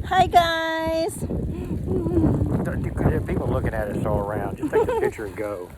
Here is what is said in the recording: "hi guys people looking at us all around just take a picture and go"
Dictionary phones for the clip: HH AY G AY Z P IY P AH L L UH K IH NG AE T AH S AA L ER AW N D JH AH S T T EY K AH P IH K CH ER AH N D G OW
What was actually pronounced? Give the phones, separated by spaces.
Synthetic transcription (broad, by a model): HH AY G AY Z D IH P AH L L UH K IH NG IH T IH S AA L ER AW N D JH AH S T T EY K AH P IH CH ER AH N G OW